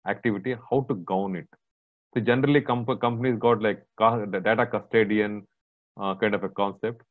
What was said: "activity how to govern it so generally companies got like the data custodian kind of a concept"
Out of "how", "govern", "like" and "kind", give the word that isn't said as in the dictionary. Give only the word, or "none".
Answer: govern